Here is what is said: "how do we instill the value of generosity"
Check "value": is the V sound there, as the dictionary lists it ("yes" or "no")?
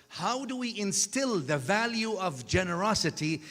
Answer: yes